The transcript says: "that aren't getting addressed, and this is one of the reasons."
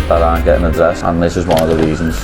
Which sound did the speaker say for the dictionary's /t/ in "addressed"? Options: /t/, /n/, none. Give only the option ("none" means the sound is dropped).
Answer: none